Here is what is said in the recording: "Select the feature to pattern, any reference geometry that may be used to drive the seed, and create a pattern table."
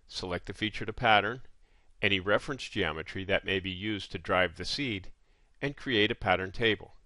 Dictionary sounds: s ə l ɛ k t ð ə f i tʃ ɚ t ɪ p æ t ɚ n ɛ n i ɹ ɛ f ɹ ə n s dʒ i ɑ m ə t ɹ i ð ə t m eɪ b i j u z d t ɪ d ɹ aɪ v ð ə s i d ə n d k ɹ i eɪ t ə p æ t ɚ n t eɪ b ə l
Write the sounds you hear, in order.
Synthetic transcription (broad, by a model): s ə l ɛ k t ð ə f i tʃ ɚ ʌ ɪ p æ t ɚ n ɛ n i ɹ ɛ f ɹ ə n s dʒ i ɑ m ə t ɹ i ð ə t m eɪ b i j u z t ɪ d ɹ aɪ v ð ə s i d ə n k ɹ i eɪ t ə p æ t ɚ n t eɪ b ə l